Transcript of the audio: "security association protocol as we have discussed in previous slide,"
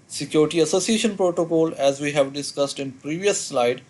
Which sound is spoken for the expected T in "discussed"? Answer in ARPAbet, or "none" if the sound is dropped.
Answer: T